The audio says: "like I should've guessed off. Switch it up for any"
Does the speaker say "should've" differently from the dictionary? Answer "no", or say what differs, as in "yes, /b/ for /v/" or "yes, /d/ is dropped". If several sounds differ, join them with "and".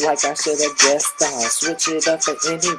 yes, /s/ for /ʃ/